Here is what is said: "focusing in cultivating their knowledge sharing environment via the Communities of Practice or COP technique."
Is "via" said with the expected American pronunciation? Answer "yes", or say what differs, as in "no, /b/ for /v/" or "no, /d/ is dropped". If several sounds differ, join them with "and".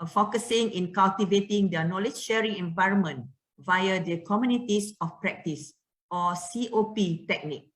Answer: yes